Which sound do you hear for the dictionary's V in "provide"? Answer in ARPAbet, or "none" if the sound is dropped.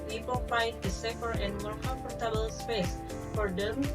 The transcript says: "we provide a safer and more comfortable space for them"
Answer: F